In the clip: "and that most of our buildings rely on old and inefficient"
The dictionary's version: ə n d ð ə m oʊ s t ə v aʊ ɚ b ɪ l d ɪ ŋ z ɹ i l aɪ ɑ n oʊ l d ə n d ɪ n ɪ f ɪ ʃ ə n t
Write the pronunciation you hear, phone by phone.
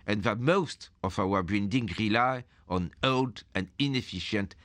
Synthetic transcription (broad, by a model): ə n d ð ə m oʊ s t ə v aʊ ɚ b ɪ n d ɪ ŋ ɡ ɹ i l aɪ ɑ n oʊ l d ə n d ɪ n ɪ f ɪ ʃ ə n t